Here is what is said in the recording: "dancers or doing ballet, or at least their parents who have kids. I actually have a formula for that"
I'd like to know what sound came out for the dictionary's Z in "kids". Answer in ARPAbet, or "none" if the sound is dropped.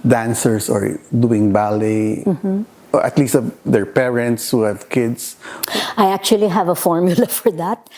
S